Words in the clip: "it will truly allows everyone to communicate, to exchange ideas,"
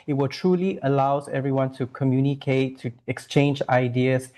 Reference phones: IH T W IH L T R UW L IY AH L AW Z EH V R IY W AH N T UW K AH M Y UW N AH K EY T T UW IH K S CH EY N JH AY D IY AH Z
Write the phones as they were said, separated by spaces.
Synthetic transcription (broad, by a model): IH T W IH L T R UW L IY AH L AW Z EH V R IY W AH N T UW K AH M Y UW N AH K EY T T UW IH K S CH EY N JH AY D IY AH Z